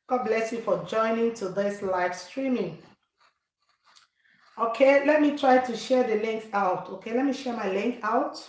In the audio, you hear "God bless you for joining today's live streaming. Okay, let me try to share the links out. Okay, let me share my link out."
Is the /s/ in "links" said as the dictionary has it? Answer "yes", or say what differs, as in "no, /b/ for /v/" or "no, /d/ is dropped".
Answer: no, /θ/ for /s/